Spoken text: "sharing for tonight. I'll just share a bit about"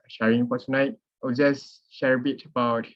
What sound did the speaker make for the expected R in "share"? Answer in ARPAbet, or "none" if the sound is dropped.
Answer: R